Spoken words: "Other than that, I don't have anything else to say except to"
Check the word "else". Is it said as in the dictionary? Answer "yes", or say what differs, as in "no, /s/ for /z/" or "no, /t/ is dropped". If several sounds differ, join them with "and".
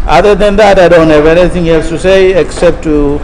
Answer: yes